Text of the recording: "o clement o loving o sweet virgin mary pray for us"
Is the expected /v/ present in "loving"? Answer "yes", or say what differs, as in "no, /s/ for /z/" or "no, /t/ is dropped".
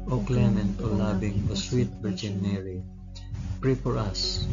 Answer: no, /b/ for /v/